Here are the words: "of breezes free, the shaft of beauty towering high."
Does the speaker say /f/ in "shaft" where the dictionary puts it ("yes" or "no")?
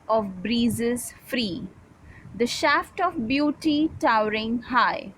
yes